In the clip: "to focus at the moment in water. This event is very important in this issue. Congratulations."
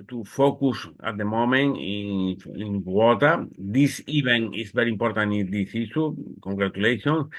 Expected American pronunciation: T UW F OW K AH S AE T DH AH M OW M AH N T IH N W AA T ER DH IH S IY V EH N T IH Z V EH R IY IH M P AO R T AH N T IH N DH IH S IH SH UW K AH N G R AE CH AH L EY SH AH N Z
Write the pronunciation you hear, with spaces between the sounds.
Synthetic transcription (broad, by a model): T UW F OW K AH S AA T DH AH M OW M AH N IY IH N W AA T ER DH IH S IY B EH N IH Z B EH R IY M P AO R T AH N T IH N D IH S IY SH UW K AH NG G R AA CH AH L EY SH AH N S